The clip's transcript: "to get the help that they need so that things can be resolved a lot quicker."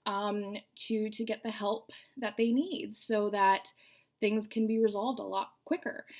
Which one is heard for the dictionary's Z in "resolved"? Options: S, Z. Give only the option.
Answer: Z